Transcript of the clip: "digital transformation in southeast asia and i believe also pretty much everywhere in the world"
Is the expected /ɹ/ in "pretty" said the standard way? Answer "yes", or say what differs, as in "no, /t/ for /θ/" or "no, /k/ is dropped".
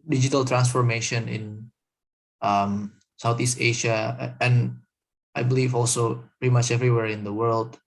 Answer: no, /ɹ/ is dropped